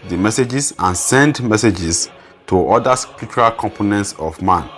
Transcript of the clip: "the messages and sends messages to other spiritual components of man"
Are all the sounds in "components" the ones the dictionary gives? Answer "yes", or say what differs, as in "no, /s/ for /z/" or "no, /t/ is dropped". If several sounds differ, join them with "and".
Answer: yes